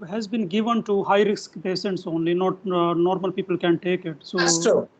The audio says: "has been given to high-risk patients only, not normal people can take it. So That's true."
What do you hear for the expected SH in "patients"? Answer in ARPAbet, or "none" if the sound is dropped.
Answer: S